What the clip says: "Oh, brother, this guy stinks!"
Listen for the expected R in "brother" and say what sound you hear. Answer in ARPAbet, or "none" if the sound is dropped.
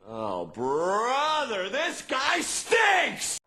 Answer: R